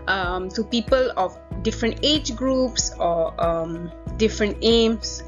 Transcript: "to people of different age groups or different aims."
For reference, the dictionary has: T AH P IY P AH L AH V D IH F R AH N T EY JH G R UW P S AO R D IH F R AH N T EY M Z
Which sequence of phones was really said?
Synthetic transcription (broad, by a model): T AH P IY P AH L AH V D IH F R AH N T EY JH G R UW P S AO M D IH F R AH N T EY M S